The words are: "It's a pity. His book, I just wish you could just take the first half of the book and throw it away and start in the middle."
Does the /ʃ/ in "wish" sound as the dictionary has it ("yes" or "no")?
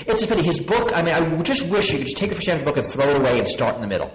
yes